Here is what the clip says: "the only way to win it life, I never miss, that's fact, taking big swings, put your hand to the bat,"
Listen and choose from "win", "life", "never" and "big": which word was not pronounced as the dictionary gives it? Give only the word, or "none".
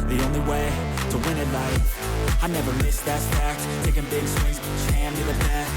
life